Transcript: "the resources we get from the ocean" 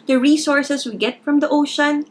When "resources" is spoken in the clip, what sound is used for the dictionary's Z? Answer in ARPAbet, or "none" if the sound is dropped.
S